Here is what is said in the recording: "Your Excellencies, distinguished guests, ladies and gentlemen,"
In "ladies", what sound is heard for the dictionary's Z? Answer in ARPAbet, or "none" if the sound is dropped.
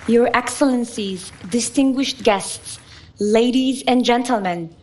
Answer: Z